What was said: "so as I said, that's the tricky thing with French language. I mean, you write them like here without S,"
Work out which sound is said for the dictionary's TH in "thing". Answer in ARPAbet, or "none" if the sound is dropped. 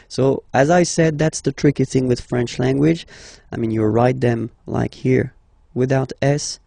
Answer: TH